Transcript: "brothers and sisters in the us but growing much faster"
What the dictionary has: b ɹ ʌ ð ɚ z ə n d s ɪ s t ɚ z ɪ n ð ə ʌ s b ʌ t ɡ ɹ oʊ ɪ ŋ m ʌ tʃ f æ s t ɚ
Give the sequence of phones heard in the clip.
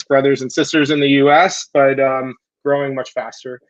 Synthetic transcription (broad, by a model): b ɹ ʌ ð ɚ z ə n s ɪ s t ɚ z ɪ n ð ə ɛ s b ʌ t ɡ ɹ oʊ ɪ ŋ m ʌ tʃ f æ s t ɚ